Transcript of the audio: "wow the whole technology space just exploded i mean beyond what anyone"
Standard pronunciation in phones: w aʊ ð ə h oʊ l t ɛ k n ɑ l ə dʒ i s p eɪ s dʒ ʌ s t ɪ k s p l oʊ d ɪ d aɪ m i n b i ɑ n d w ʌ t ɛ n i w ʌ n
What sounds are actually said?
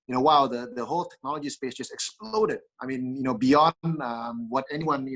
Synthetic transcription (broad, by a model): w aʊ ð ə h oʊ l t ɛ k n ɑ l ə dʒ i s p eɪ s dʒ ʌ s t ɪ k s p l oʊ d ɪ d aɪ m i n b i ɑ n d w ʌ t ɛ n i w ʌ n